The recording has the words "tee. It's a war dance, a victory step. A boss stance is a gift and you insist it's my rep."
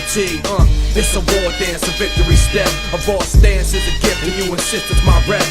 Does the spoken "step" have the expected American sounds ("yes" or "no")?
no